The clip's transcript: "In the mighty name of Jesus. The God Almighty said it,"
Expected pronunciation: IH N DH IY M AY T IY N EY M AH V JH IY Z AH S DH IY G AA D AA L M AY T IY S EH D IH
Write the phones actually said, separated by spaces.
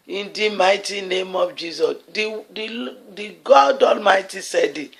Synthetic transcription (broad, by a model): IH N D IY M AY T IY N EY M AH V JH IY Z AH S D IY G AA D AA L M AY T IY S EH D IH